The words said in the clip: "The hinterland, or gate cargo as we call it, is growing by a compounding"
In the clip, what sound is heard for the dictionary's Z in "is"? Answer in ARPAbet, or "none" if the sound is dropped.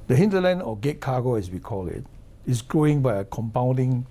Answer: S